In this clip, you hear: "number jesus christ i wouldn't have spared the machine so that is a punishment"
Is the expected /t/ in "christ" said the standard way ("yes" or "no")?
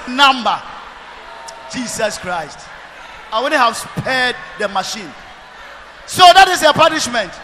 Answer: yes